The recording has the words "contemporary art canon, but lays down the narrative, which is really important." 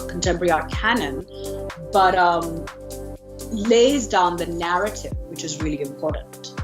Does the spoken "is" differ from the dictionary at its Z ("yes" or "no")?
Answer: no